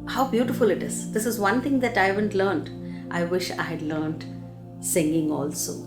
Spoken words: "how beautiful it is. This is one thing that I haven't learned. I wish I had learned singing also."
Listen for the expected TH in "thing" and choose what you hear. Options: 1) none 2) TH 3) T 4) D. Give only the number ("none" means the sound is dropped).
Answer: 3